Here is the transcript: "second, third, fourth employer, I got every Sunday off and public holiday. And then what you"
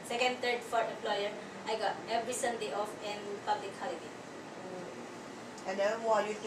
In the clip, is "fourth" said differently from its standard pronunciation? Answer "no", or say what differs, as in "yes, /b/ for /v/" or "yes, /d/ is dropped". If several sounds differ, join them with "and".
yes, /t/ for /θ/